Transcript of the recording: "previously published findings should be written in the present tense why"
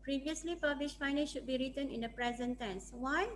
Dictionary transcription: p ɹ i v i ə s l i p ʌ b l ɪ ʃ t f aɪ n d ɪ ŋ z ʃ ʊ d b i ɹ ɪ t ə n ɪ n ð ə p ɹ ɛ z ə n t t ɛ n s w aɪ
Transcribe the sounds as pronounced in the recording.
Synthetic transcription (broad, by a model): p ɹ i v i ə s l i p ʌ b l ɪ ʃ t f aɪ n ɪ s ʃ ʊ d b i ɹ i t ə n ɪ n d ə p ɹ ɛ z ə n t t ɛ n s w aɪ